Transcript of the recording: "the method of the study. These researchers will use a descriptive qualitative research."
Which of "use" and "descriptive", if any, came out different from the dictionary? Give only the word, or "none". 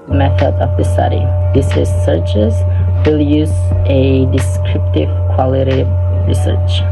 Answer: none